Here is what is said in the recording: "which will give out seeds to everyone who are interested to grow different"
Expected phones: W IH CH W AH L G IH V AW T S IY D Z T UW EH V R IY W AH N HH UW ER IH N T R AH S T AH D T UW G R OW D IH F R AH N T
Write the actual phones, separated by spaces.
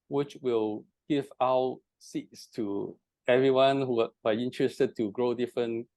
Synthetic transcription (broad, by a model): W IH CH W AH L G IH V AW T S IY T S T UW EH V R IY W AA N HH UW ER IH N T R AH S T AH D T UW G R OW D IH F R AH N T